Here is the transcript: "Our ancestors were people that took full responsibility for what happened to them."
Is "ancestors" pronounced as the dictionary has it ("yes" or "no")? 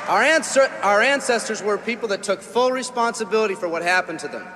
yes